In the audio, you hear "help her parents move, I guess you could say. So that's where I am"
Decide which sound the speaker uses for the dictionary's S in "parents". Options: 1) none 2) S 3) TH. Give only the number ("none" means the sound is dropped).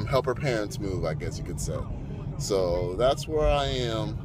1